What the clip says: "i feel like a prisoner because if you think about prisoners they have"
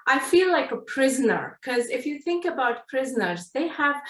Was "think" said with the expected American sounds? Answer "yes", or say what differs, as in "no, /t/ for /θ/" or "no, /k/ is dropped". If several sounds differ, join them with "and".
yes